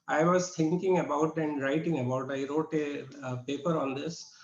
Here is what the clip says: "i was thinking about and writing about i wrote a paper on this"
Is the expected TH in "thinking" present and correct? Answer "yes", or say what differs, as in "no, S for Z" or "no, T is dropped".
no, T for TH